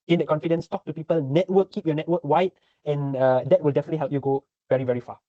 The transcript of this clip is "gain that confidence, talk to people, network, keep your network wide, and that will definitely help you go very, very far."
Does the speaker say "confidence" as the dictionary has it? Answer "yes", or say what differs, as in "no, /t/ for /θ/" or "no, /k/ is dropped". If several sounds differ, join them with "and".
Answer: yes